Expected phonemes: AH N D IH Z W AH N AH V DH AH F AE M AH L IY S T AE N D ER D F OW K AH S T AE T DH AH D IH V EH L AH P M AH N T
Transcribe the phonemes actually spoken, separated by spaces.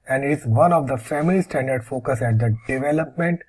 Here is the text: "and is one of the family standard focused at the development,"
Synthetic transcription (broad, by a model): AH N D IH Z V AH N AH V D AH F AE M AH L IY S T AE N D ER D F OW K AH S AE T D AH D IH V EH L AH P M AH N T